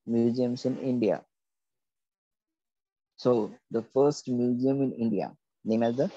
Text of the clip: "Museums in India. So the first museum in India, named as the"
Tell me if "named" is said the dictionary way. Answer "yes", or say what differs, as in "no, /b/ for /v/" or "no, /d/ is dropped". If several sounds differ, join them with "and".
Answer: no, /d/ is dropped